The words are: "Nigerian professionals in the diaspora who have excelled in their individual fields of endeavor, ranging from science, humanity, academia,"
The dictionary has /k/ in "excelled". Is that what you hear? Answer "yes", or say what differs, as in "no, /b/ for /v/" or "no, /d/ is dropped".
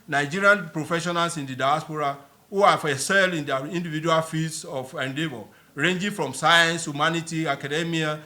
no, /k/ is dropped